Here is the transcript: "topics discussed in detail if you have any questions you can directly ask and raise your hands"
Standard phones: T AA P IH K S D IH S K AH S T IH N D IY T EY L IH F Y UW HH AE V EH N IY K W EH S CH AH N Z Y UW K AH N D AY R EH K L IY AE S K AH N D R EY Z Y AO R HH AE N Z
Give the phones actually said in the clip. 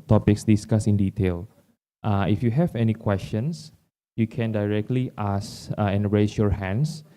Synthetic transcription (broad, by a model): T AA P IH K S D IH S K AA S IH N D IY T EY L IH F Y UW HH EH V EH N IY K W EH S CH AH N S Y UW K AH N D AY R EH K L IY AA S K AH N R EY S Y AO R HH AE N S